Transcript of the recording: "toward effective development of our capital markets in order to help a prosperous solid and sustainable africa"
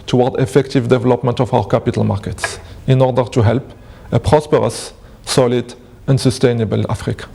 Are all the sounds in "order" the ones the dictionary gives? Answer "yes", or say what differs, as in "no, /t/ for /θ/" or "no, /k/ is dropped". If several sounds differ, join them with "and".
yes